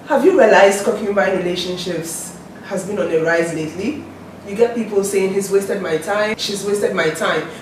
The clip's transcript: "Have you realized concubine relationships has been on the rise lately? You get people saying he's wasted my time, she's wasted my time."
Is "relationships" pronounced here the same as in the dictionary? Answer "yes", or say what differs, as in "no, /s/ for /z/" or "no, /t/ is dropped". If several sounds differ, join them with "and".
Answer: yes